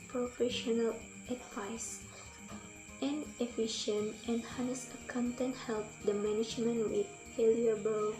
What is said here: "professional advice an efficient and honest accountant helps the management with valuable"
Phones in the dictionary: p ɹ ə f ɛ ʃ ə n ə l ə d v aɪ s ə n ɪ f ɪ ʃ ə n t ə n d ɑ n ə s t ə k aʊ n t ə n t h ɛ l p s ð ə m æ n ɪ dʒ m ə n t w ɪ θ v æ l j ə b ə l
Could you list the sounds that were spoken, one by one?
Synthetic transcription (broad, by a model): p ɹ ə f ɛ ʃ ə n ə l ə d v aɪ s ə n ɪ f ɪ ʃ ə n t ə n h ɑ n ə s ə k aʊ n t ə n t h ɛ l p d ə m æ n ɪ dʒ m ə n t w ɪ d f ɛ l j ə b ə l